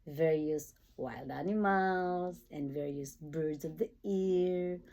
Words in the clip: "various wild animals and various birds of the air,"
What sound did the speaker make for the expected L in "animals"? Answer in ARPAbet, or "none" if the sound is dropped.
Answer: L